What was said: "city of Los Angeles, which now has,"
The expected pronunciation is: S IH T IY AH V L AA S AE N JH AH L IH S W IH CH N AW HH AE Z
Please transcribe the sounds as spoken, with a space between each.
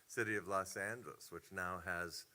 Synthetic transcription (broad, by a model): S IH T IY AH V L AA S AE N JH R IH S W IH CH N AW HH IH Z